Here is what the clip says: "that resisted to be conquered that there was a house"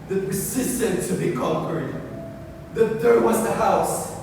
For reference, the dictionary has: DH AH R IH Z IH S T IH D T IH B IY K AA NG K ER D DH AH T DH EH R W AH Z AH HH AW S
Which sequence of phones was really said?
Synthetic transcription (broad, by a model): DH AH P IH S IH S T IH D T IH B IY K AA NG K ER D DH AH T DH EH R W AH Z AH HH AW S